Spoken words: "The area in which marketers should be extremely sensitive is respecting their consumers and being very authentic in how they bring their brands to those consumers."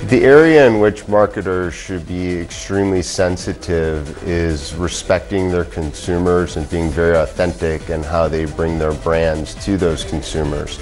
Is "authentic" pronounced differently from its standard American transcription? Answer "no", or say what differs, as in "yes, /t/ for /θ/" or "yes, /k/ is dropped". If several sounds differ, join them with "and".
no